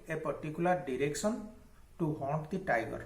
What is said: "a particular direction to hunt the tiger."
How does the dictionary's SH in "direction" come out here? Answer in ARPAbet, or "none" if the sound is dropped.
S